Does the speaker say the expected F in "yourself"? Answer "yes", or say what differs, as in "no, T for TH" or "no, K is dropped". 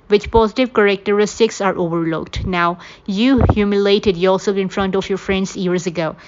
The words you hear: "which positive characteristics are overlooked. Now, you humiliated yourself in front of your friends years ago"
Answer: no, F is dropped